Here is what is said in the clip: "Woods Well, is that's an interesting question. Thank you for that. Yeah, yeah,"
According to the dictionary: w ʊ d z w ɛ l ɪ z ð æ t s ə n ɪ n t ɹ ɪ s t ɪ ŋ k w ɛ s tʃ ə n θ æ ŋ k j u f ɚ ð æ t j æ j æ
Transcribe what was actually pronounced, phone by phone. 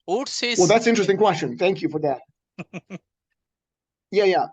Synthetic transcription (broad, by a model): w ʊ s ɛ w ɛ l ð æ t s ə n ɪ n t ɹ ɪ s t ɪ ŋ k w ɛ s tʃ ə n θ æ ŋ k j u f ɚ ð æ t j æ j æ